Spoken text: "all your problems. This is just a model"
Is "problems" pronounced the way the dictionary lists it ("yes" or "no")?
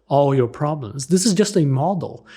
yes